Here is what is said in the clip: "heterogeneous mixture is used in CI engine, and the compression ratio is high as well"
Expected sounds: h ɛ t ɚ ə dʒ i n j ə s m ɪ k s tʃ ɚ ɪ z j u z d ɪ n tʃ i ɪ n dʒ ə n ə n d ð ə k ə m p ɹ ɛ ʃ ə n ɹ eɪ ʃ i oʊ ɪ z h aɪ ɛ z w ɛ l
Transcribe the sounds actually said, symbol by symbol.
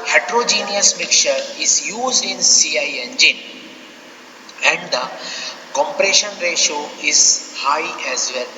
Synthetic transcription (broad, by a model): h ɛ t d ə dʒ i n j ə s m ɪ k tʃ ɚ ɪ z j u z d ɪ n s i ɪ n dʒ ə n ə n d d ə k ə m p ɹ ɛ ʃ ə n ɹ eɪ ʃ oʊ ɪ z h aɪ ɛ z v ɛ l